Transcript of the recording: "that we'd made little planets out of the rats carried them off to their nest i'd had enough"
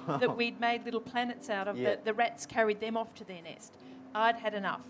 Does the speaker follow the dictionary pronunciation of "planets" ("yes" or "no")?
yes